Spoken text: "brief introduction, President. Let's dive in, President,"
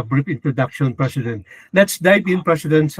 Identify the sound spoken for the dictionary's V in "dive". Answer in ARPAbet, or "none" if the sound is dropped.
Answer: B